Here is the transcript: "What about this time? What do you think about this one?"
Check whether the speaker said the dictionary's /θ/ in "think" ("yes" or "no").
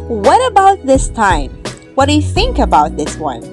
yes